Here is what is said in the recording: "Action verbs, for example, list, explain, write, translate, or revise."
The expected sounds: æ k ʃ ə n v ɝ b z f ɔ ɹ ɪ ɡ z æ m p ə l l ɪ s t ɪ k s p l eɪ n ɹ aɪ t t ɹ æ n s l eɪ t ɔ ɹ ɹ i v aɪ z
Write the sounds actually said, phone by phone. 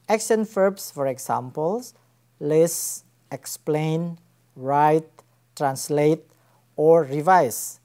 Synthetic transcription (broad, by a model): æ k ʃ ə n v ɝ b s f ɔ ɹ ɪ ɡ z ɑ m p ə l l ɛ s ɪ k s p l eɪ n ɹ aɪ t t ɹ æ n s l eɪ t ɔ ɹ ɹ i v aɪ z